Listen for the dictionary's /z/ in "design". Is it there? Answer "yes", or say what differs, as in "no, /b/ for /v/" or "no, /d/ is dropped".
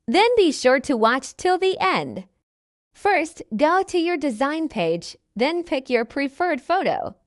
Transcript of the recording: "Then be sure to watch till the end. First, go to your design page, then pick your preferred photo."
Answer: yes